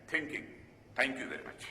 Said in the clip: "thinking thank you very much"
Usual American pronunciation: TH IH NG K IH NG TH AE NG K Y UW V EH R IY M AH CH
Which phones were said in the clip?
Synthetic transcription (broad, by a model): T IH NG K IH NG T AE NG K Y UW V EH R IY M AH CH